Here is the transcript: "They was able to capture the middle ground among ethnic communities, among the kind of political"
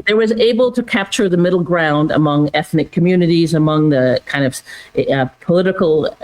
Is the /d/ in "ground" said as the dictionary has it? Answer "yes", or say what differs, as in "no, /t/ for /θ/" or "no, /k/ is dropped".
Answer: yes